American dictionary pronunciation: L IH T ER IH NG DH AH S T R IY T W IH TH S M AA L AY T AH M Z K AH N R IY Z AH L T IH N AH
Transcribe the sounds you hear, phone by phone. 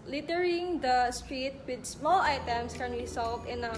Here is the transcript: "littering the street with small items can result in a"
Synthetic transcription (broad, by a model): L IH T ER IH NG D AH S T R IY T W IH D S M AA L AY T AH M S K AH N W IY S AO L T IH N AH